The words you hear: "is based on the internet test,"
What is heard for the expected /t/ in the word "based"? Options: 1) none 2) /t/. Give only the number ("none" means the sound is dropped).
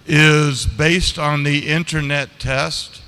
2